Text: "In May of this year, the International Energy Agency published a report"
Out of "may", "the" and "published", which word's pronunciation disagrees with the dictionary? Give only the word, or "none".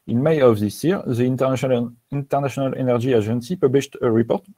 none